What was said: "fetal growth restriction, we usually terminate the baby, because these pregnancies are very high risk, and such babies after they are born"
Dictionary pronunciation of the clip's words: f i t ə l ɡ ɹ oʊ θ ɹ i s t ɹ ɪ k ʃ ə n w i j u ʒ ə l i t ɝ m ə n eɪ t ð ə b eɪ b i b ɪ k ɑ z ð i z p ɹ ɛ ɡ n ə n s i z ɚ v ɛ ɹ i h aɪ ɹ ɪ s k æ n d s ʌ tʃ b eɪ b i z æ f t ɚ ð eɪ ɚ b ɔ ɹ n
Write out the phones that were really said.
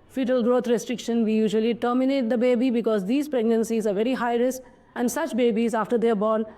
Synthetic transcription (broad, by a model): f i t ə l ɡ ɹ oʊ t ɹ i s t ɹ ɪ k ʃ ə n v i j u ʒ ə l i t ɝ m ə n eɪ t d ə b eɪ b i b ɪ k ɑ z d i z p ɹ ɛ ɡ n ə n s i z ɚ v ɛ ɹ i h aɪ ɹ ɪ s æ n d s ʌ tʃ b eɪ b i z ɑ f t ɚ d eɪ b ɔ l